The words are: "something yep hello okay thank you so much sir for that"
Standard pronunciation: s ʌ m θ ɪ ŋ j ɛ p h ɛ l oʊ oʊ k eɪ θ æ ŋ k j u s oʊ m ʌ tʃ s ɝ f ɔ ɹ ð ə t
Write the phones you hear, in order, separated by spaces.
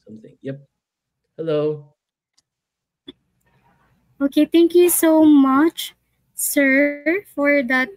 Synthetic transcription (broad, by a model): s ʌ m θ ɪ ŋ j ɛ p h ɛ l oʊ oʊ k eɪ t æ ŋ k j u s oʊ m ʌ tʃ s ɝ f ɔ ɹ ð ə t